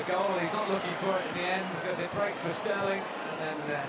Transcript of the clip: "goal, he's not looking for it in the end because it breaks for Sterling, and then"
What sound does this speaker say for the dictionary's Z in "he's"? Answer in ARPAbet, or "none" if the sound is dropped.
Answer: Z